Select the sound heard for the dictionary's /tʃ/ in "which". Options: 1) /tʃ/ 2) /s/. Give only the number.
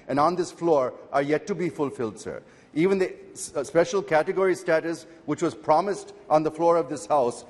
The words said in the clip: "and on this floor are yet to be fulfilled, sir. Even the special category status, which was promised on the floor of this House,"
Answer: 1